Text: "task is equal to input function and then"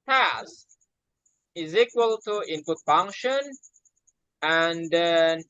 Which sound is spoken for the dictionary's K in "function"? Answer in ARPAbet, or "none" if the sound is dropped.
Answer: K